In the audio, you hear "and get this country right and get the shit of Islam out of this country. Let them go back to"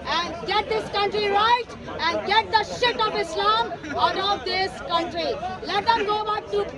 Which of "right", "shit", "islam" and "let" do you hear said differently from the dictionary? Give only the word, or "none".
none